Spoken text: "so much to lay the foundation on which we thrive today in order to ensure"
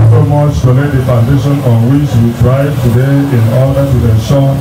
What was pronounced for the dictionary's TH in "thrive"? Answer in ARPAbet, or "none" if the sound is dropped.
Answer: T